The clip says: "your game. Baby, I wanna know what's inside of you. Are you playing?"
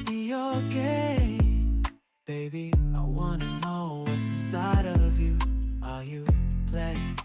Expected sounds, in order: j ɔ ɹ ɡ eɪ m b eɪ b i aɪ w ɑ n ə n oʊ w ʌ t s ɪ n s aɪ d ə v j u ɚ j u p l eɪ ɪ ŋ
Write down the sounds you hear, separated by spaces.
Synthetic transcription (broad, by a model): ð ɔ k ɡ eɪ b eɪ b i aɪ w ɑ n ə n oʊ w ʌ t s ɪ s aɪ d ə v j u ɚ j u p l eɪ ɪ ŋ